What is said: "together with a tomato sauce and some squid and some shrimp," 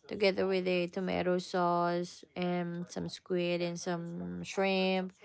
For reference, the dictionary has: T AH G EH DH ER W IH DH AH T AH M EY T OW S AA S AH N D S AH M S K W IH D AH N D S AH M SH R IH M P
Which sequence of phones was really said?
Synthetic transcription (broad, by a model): T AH G EH DH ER W IH DH AH T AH M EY T OW S AA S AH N S AH M S K W IH D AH N S AH M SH R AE M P